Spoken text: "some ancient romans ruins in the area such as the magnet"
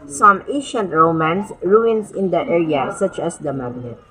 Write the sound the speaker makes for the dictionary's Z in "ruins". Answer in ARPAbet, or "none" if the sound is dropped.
S